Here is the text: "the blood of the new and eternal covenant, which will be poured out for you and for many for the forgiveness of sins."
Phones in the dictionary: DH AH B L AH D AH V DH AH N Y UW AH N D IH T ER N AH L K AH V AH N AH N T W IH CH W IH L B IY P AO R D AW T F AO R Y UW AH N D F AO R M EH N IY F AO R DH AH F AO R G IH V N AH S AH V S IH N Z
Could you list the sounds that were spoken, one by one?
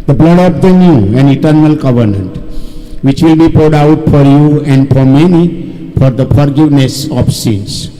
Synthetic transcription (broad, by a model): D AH B L AH D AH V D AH N Y UW AH N D IH T ER N AH L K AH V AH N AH N T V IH CH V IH L B IY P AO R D AW T F AO R Y UW AH N D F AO R M EH N IY F AO R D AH F AO R G IH V N AH S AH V S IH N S